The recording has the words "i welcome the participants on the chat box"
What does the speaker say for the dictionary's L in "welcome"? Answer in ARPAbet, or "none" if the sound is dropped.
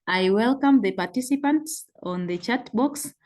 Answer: L